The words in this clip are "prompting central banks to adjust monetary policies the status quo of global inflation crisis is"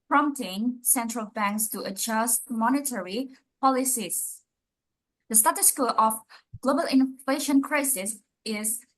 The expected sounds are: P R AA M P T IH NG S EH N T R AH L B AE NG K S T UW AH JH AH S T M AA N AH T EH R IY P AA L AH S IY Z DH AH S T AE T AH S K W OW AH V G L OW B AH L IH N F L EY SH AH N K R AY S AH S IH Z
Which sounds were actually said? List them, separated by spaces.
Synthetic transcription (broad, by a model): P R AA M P T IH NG S EH N T R AH L B AE NG K S T UW AH JH AH S T M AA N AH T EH R IY P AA L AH S IY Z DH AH S T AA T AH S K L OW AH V G L OW B AH L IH N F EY SH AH N K R AY S AH S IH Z